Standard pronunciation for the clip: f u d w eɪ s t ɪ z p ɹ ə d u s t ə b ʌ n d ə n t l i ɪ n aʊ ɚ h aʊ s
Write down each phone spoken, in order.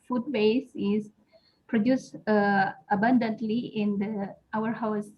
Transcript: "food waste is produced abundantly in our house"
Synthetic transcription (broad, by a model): f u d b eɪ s ɪ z p ɹ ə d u s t ə b ʌ n d ə n t l i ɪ n aʊ ɚ h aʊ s